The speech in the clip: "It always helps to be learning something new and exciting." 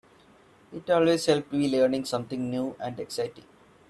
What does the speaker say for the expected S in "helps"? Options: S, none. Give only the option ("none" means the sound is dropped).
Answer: none